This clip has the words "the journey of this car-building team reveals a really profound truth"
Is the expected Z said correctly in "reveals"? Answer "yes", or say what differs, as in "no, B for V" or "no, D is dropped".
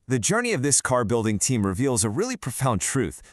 yes